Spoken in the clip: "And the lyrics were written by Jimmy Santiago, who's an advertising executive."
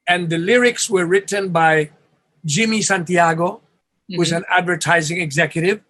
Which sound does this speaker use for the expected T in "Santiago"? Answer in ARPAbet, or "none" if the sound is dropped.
T